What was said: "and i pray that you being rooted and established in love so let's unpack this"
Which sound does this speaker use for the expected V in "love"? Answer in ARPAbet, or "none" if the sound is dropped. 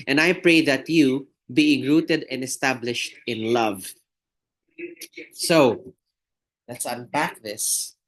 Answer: V